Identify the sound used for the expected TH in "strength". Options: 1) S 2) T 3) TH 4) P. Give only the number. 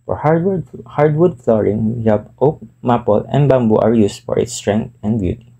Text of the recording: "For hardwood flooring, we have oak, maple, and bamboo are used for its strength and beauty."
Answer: 2